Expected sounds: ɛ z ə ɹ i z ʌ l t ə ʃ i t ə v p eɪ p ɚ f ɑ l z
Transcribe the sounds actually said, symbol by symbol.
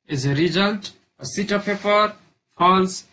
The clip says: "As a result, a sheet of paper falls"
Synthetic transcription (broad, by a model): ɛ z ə ɹ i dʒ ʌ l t ə s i t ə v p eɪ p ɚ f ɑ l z